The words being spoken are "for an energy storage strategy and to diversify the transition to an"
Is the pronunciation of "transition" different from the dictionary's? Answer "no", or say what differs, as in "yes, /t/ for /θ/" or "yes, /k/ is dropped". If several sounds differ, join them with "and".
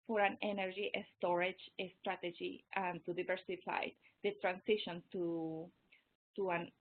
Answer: yes, /s/ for /z/